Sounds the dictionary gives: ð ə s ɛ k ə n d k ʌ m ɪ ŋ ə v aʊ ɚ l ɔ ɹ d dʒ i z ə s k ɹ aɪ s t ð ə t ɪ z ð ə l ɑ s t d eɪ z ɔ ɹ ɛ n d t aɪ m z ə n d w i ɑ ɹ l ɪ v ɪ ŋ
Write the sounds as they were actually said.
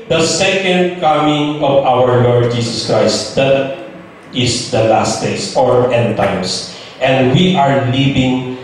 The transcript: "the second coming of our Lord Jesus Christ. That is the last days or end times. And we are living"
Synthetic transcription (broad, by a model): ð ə s ɛ k ə n d k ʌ m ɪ ŋ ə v aʊ ɚ l ɔ ɹ d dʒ i s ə s k ɹ aɪ s t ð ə t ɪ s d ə l ɑ s t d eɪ s ɔ ɹ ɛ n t aɪ m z ə n d w i ɑ ɹ l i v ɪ ŋ